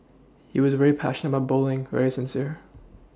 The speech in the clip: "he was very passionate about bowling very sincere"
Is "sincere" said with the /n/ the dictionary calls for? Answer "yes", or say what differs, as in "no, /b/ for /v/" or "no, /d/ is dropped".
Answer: yes